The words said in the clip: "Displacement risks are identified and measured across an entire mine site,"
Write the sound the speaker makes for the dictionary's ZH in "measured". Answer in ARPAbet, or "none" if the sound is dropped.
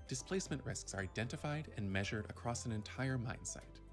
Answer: ZH